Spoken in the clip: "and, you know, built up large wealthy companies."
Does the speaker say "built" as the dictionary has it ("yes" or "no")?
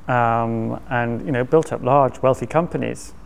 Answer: yes